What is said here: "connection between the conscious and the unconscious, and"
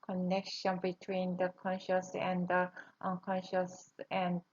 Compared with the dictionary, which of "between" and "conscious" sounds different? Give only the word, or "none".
none